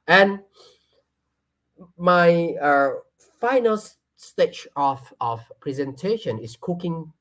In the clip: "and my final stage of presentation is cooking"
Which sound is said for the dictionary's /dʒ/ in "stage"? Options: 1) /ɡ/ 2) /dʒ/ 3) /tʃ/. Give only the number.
3